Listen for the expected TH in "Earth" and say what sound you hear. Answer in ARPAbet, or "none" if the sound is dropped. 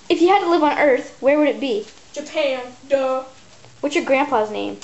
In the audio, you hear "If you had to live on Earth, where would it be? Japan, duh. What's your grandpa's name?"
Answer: TH